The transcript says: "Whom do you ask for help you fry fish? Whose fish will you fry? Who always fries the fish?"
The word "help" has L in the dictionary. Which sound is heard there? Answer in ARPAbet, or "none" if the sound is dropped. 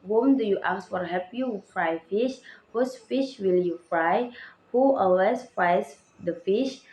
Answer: none